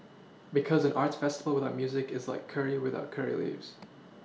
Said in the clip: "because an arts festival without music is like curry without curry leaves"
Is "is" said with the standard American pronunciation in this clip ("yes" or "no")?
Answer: yes